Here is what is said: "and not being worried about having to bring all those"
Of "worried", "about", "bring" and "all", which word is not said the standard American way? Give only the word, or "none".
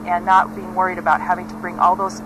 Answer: none